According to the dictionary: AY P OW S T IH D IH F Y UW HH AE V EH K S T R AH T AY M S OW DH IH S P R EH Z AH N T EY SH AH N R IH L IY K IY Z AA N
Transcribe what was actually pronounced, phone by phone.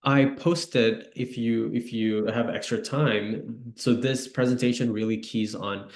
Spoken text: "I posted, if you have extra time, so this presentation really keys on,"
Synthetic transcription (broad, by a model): AY P OW S T IH D IH F Y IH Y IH V EH K S T R AH T AY M S OW DH IH S P R EH Z AH N T EY SH AH N R IH L IY K IY Z N